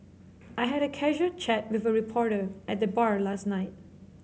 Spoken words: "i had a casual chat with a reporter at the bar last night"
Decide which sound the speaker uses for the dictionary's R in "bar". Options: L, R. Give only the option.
R